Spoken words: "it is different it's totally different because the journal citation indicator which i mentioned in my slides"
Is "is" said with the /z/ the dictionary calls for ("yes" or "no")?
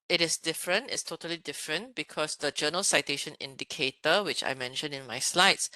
no